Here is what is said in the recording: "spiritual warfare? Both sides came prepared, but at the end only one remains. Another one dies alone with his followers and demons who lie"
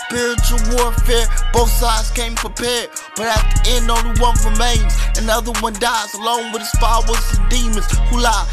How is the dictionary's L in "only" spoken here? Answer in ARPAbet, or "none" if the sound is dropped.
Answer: none